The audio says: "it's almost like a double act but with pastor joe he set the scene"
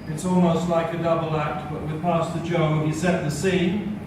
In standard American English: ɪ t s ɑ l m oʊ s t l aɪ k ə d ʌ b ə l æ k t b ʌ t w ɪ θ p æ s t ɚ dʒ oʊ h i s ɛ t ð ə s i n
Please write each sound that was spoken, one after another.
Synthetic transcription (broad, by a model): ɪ t s ɑ l m oʊ s t l aɪ k ə d ʌ b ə l æ k t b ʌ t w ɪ p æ s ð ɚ dʒ oʊ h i s ɛ t ð ə s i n